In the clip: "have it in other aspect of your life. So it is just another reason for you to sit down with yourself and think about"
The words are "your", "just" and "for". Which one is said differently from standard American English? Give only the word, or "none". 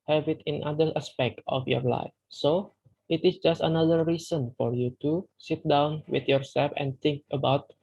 none